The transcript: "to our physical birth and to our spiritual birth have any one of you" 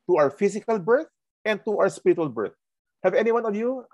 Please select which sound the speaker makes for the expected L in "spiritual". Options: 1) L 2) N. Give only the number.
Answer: 1